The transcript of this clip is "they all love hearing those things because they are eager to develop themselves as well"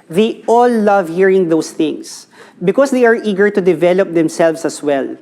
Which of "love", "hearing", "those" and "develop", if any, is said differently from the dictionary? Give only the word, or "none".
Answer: those